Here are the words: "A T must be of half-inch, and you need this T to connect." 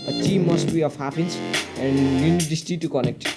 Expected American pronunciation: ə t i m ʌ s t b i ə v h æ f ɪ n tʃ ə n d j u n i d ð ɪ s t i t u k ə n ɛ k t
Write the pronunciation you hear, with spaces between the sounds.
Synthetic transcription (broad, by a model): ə t i m ʌ s t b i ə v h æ p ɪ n s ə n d j u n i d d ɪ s t i t u k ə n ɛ k t